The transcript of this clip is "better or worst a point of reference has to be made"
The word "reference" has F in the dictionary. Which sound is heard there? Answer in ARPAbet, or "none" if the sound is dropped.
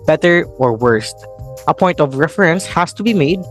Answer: F